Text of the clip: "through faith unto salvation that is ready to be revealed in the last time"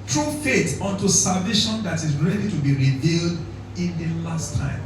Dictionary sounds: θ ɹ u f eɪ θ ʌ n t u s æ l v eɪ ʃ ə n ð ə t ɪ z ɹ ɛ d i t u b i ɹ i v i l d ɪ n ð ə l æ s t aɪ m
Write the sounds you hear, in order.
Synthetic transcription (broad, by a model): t ɹ u f eɪ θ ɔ n t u s æ l v eɪ ʃ ə n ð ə t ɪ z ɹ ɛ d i t u b i ɹ i v i l d ɪ n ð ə l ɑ s t aɪ m